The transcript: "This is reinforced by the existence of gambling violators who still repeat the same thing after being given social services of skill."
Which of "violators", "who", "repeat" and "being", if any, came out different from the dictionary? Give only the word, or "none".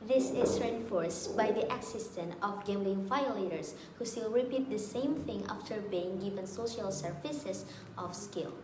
violators